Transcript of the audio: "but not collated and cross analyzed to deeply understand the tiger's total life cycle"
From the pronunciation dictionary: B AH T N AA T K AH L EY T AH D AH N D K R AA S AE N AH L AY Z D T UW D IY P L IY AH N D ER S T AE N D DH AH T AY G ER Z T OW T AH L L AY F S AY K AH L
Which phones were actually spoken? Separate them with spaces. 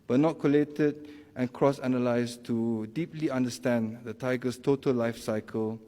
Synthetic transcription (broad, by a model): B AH T N AA T K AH L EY T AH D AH N K R AA S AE N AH L AY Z T UW D IY P L IY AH N D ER S T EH N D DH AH T AY G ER S T OW T AH L L AY F S AY K AH L